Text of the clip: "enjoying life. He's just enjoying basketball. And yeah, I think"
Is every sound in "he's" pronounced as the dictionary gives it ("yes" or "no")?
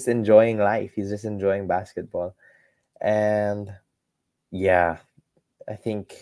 yes